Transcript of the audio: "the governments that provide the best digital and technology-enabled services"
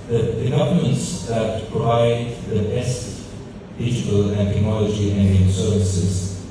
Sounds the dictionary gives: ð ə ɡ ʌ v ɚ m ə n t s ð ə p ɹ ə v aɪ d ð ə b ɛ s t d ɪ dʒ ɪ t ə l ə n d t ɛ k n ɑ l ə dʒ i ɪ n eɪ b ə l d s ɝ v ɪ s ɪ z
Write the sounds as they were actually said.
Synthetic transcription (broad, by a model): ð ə ɡ ʌ v ɚ m ə n t s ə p ə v aɪ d ð ə b ɛ s t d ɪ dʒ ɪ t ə l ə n t ɛ k n ɑ l ə dʒ i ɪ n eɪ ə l s ɝ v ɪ s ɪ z